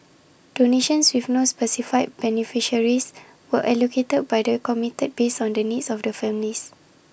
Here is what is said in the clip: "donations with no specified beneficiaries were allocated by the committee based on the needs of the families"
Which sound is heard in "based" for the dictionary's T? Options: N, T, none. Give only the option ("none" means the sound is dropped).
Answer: none